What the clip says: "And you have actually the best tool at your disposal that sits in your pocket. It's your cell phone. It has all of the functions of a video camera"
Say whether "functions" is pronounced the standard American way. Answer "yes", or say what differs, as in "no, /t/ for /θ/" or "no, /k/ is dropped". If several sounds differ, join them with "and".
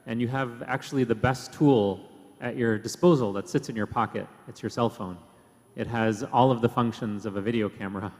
yes